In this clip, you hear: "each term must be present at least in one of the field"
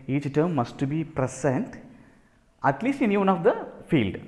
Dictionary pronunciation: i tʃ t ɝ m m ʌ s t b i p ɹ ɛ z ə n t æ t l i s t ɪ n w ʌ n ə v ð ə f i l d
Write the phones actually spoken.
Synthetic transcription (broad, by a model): i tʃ t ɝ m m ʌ s t b i p ɹ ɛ s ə n t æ t l i s t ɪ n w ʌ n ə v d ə f i l d